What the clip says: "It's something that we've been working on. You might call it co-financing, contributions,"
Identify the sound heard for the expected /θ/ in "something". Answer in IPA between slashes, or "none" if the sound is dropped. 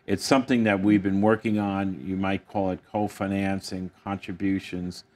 /θ/